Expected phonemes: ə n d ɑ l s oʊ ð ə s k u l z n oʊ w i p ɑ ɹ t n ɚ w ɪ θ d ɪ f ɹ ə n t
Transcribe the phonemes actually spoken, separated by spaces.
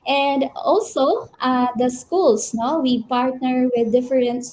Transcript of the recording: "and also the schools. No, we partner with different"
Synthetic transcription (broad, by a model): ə n d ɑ l s oʊ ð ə s k u l s n oʊ w i p ɑ ɹ t n ɚ w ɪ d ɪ f ɹ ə n t